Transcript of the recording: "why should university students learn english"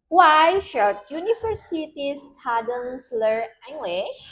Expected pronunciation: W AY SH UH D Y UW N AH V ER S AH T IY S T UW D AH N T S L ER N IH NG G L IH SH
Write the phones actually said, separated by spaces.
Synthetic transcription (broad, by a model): W AY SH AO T Y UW N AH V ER S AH T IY S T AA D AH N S L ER IH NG G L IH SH